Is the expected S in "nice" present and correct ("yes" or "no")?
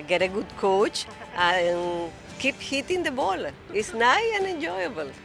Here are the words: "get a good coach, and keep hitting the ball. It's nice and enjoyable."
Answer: no